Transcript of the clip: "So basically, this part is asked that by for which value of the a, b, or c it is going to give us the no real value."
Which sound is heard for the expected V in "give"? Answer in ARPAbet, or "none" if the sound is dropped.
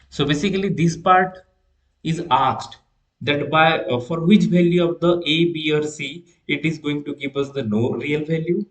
P